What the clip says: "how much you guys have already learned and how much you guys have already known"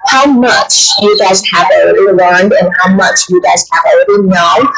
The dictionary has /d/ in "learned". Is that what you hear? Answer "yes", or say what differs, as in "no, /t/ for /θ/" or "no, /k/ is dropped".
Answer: yes